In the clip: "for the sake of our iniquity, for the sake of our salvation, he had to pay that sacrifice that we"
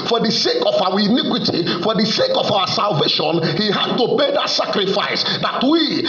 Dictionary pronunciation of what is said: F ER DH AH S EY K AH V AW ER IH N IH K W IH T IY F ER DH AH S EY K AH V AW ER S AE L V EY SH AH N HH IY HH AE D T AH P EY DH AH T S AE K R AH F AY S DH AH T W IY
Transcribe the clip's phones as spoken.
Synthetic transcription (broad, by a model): F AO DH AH S EY K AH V AW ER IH N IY K W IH T IY F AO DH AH S EY K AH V AW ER S AE L V EY SH AH N HH IY HH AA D T AH B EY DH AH T S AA K R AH F AY S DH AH T W IY